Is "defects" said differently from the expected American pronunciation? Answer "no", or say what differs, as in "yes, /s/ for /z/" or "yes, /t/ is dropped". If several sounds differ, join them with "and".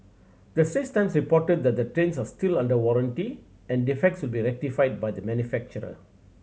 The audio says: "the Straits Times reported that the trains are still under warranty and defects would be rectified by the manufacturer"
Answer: no